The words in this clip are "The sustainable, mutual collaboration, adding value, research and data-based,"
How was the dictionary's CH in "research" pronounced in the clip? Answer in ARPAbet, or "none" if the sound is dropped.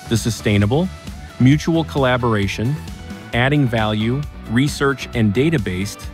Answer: CH